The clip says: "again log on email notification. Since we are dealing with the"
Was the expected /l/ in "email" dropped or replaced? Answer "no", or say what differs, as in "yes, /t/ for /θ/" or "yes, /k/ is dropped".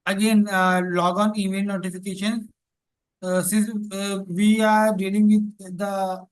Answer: yes, /n/ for /l/